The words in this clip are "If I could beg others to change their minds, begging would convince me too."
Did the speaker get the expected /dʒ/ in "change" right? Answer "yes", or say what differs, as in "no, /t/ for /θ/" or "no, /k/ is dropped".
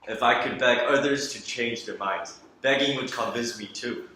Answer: yes